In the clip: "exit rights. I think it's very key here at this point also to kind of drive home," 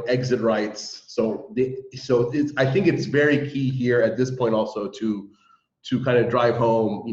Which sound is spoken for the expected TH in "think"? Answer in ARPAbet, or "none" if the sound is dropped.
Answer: TH